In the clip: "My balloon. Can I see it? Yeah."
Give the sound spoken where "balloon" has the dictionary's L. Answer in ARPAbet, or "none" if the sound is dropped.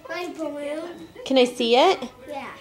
none